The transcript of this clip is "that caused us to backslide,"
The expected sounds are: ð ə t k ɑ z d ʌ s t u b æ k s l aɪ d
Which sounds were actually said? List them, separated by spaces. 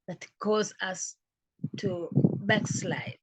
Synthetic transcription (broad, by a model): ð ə t k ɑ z ʌ s t u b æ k s l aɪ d